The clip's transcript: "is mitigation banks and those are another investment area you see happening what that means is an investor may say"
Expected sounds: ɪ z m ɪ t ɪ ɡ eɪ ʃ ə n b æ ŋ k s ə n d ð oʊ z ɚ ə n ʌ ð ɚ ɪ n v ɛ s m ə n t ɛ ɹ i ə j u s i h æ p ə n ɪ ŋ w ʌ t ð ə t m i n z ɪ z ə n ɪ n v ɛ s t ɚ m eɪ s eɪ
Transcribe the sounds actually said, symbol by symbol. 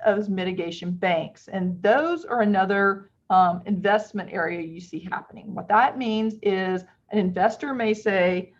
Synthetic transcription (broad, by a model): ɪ z m ɪ t ɪ ɡ eɪ ʃ ə n b æ ŋ k s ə n ð oʊ z ɚ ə n ʌ ð ɚ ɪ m v ɛ s m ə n t ɛ ɹ i ə j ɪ s i h æ p ə n ɪ ŋ w ʌ t ð ə t m i n z ɪ z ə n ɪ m v ɛ s t ɚ m eɪ s eɪ